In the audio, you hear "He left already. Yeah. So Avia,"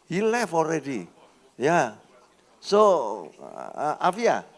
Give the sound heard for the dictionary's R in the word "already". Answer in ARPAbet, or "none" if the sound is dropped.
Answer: R